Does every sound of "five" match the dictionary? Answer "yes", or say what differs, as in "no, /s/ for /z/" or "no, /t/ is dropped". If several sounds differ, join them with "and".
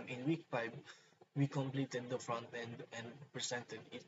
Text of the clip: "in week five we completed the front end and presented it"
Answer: no, /p/ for /f/ and /b/ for /v/